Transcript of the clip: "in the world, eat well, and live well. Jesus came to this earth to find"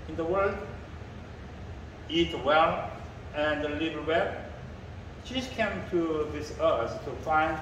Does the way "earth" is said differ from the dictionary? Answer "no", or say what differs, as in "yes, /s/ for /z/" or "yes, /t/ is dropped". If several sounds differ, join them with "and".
yes, /s/ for /θ/